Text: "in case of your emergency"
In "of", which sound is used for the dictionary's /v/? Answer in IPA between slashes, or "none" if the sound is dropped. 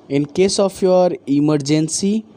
/p/